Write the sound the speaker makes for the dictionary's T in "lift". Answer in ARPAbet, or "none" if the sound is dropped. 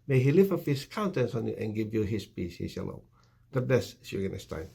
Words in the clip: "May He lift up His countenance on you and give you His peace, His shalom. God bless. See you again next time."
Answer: none